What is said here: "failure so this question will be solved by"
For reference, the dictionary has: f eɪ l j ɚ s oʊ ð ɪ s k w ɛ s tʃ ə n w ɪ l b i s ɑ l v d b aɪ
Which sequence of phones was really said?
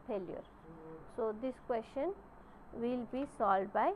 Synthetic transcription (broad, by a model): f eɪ l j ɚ s oʊ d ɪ s k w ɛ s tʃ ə n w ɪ l b i s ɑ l d b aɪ